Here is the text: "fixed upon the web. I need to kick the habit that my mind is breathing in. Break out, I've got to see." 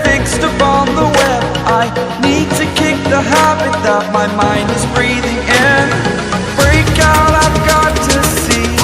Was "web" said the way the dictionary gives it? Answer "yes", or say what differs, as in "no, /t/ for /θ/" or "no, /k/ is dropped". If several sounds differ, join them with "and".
no, /b/ is dropped